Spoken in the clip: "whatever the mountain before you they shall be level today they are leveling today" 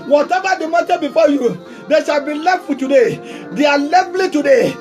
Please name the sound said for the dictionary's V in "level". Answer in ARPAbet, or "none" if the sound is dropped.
F